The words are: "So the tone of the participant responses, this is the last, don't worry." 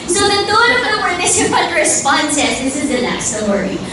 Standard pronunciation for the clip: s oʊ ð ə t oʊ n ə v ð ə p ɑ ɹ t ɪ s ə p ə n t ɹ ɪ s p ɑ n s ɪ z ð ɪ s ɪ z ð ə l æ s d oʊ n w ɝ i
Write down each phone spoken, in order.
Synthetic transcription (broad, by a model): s oʊ ð ə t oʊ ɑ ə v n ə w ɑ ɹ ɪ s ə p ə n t ɹ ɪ s p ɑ n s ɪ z ð ɪ s ɪ z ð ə n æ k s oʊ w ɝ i